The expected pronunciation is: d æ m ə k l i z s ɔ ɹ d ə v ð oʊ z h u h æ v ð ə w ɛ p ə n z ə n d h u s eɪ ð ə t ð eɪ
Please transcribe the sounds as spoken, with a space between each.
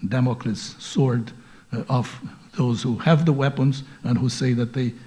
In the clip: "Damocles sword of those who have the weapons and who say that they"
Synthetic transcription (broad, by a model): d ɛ m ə k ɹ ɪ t s ɔ ɹ d ə v ð oʊ z h u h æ v ð ə w ɛ p ə n z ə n h u s eɪ ð ə t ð eɪ